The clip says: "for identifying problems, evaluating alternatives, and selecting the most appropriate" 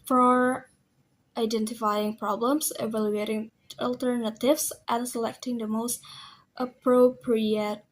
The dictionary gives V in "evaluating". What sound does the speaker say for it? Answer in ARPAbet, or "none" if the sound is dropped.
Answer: V